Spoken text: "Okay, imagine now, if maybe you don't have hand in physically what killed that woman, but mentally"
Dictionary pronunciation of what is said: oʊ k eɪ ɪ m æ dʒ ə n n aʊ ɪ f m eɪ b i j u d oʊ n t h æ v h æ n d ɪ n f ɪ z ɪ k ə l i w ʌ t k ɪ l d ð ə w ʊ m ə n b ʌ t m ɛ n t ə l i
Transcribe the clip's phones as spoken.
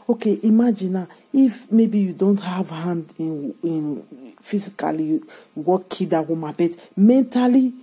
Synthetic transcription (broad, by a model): oʊ k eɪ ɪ m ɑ dʒ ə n n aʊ ɪ f m eɪ b i j u d oʊ n t h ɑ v h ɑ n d ɪ n f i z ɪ k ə l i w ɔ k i d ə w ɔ m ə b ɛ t m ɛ n t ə l i